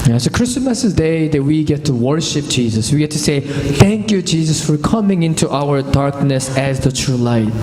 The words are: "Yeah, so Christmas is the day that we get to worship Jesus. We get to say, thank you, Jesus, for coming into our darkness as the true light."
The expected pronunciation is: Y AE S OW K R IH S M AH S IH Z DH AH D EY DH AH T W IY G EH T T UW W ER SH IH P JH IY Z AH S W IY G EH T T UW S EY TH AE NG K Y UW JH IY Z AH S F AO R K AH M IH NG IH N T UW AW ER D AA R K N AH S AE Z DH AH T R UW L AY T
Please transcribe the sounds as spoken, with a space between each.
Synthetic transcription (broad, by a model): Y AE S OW K R IH S M AH S IH Z D EY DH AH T W IY G EH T T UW W ER SH IH P JH IY Z AH S W IY G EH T T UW S EY TH AE NG K Y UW JH IY Z AH S F AO R K AH M IH NG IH N T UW AW ER D AA R K N AH S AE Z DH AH T R UW L AY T